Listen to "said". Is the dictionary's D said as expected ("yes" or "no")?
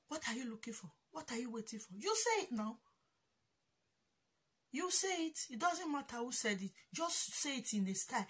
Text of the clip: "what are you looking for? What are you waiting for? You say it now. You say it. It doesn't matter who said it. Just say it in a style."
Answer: yes